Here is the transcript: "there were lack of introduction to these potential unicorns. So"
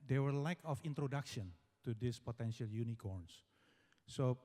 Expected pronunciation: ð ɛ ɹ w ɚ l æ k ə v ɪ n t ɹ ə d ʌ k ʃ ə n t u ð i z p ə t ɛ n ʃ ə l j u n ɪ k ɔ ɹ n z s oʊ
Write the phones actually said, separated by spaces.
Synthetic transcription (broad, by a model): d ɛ w ɚ l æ k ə f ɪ n t ɹ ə d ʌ k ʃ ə n t u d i s p ə t ɛ n ʃ ə l j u n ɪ k ɔ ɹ n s s oʊ